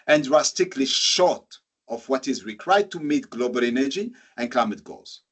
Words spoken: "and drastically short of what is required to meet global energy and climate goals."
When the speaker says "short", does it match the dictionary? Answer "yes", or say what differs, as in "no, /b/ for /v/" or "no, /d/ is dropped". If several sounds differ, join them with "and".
yes